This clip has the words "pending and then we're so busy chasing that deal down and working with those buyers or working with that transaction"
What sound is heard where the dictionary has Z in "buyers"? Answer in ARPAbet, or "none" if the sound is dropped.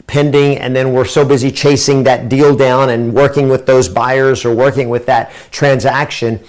Z